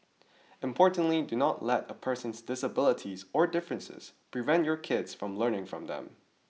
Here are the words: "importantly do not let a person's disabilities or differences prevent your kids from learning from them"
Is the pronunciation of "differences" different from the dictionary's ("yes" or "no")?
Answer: no